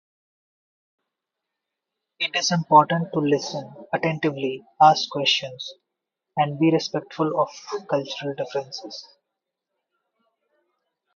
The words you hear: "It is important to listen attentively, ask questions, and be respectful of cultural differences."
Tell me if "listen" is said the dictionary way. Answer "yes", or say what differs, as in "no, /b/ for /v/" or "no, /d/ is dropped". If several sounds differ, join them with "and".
yes